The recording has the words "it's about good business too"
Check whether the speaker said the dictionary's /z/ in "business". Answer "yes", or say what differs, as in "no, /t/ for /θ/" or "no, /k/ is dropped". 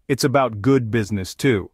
yes